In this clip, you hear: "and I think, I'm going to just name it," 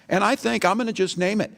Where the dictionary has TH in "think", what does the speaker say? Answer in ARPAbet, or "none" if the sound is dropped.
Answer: TH